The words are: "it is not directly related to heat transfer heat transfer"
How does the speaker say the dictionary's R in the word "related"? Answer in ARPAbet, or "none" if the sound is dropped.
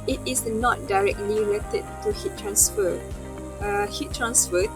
L